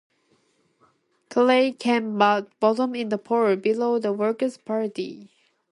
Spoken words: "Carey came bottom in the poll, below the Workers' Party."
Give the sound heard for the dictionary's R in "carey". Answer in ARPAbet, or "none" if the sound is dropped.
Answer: L